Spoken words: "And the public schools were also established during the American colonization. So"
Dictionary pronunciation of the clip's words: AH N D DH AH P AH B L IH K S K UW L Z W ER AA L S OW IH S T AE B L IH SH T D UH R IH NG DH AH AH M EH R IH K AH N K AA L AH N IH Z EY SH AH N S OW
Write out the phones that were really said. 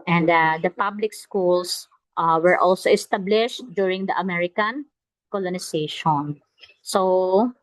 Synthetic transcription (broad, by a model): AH N D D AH P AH B L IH K S K UW L S W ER AA L S OW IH S T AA B L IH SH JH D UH R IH NG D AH AH M EH R IH K AH N K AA L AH N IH S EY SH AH N S OW